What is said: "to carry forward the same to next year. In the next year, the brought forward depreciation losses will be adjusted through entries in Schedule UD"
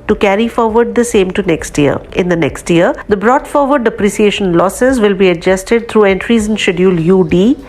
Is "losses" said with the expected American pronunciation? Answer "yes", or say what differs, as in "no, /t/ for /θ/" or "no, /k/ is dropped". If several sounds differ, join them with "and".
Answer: yes